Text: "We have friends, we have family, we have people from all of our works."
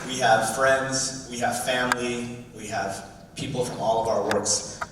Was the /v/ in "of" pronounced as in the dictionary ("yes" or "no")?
yes